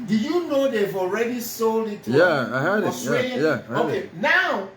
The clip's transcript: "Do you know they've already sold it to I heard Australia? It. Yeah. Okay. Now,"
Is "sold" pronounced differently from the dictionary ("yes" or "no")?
yes